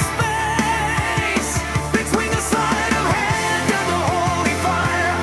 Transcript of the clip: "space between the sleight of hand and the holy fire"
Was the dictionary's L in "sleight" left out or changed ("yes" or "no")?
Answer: yes